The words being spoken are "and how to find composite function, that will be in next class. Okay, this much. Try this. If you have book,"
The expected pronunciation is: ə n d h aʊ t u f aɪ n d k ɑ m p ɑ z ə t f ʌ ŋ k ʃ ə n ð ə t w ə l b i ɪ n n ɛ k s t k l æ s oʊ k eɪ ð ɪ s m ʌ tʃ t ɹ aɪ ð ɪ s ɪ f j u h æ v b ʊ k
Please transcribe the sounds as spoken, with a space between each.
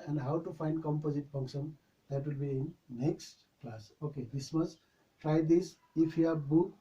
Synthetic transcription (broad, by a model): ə n d h aʊ t u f aɪ n d k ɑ m p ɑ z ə t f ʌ ŋ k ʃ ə n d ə t w ə l b i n n ɛ k s t k l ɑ s oʊ k eɪ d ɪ s m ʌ s t ɹ aɪ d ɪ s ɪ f j u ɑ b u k